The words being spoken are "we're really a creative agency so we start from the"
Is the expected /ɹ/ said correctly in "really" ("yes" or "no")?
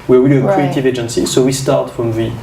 no